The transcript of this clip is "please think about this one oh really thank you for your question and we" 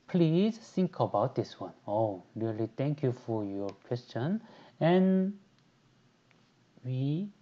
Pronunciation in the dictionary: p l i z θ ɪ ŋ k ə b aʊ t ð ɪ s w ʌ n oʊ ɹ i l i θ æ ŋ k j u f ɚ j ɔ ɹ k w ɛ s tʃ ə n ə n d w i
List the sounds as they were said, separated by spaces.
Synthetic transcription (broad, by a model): p l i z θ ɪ ŋ k ə b aʊ t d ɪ s w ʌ n oʊ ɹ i l i t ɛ ŋ k j u f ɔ j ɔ k w ɛ s tʃ ə n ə n w i